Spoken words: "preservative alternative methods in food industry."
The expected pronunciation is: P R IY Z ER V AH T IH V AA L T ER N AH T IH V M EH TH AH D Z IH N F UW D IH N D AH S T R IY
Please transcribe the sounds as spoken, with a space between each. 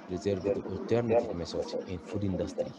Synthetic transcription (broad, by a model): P R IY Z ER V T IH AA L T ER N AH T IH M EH S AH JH IH N F UW D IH N D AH S T R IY